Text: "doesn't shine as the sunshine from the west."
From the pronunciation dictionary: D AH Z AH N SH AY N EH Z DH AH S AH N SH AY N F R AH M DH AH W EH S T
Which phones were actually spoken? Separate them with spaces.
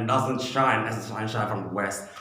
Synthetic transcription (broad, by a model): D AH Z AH N SH AY N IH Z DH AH SH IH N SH AY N F R AH M DH AH W EH S T